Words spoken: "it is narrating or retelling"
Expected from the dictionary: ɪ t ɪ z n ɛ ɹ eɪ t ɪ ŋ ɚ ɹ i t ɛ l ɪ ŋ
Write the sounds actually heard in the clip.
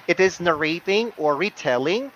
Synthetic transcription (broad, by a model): ɪ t ɪ z n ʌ ɹ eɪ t ɪ ŋ ɚ ɹ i t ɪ l ɪ ŋ